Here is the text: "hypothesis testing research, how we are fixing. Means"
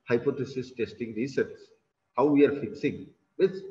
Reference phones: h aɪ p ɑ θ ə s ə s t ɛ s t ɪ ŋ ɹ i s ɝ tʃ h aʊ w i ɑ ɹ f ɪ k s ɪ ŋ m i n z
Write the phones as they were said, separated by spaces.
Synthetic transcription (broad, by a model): h aɪ p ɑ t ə s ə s t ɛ s t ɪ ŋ ɹ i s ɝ s h aʊ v i ɑ ɹ f ɪ k s ɪ ŋ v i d